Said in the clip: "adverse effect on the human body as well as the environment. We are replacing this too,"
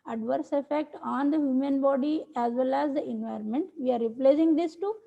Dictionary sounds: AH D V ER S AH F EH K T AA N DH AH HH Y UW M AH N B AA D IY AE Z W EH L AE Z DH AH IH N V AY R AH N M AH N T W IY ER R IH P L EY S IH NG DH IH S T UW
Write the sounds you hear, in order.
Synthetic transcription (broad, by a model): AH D V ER S AH F EH K T AA N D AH HH Y UW M AH N B AA D IY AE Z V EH L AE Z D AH IH N V AY R AH N M AH N T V IY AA R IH P L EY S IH NG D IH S T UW